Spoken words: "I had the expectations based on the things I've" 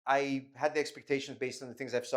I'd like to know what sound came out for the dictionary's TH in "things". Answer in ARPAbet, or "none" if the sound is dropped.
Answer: TH